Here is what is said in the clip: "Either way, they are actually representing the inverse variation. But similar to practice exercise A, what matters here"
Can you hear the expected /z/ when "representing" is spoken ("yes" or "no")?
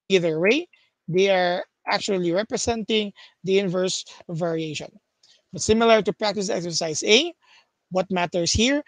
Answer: no